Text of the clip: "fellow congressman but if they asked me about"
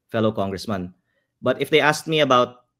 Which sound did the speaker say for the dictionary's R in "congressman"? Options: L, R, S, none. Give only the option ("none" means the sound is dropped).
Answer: R